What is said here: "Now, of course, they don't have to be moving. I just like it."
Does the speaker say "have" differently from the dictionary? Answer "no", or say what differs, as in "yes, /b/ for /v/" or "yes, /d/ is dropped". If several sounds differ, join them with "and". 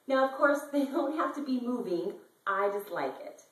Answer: yes, /f/ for /v/